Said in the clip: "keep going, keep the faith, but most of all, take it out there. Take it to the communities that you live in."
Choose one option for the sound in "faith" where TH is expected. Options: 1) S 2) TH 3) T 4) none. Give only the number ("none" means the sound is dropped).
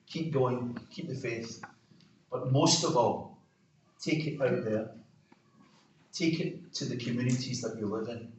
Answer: 1